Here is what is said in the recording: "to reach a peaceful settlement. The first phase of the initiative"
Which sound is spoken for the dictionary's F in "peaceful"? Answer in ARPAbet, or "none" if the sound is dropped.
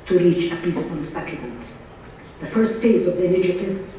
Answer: none